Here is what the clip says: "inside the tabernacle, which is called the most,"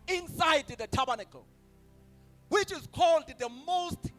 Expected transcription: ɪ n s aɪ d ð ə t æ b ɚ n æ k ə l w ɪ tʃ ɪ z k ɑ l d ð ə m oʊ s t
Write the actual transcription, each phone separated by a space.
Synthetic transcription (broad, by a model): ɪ n s aɪ d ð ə t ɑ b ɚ n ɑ k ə w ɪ tʃ ɪ z k ɑ l d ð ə m oʊ s t